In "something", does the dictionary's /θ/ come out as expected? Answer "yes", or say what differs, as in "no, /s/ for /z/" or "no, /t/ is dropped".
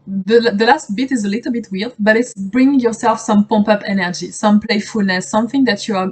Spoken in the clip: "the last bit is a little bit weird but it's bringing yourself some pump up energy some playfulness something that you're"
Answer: yes